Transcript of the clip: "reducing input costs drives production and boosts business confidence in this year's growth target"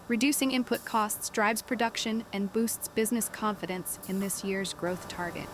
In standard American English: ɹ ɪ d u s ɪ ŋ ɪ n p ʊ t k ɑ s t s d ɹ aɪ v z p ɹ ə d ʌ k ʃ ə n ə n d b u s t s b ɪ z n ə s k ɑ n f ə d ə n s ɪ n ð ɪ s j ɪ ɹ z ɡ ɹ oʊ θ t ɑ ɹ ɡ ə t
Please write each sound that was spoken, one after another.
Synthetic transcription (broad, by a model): ɹ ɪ d u s ɪ ŋ ɪ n p ʊ t k ɑ s t s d ɹ aɪ b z p ɹ ə d ʌ k ʃ ə n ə n b u s t s b ɪ z n ə s k ɑ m f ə d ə n s ɪ n ð ɪ s j ɪ ɹ z ɡ ɹ oʊ θ t ɑ ɹ ɡ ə t